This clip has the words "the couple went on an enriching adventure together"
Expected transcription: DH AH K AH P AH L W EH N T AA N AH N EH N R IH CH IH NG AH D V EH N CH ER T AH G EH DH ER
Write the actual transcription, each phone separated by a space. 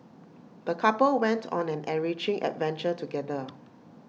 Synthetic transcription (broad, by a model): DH AH K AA P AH L W EH N T AA N AH N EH R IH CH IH NG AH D V EH N CH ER T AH G EH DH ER